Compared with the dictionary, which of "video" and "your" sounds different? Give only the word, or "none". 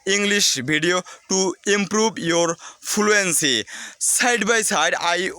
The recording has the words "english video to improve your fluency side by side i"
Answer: video